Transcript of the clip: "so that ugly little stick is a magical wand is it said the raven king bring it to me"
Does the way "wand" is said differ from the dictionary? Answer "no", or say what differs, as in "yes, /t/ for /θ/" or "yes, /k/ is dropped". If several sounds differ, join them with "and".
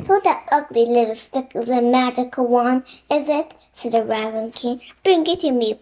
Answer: yes, /d/ is dropped